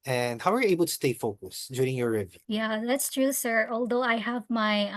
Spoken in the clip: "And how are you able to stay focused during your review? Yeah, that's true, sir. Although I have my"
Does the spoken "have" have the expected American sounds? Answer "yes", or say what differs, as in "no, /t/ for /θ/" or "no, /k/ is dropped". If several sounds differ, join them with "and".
yes